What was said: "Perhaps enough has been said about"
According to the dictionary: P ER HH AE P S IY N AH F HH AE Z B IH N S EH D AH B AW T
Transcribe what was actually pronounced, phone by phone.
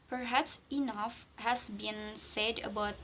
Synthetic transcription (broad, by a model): P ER HH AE P S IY N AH F HH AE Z B IH N S EH D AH B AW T